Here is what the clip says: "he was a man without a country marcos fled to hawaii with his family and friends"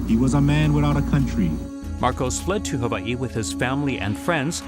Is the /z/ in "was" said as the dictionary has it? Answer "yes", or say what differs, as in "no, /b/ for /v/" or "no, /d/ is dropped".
yes